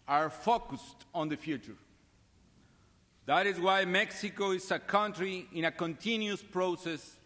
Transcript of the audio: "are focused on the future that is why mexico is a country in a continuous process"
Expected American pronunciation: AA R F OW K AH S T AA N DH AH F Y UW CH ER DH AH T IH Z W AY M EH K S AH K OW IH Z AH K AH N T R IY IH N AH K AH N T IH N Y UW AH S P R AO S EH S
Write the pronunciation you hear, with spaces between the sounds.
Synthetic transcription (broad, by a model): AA R F OW K AH S T AA N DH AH F Y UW CH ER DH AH T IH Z W AY M EH K S AH K OW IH S AH K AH N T R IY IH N AH K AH N T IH N Y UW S P R AO S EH S